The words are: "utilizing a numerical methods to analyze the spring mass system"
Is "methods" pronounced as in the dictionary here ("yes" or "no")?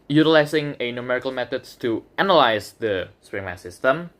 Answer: no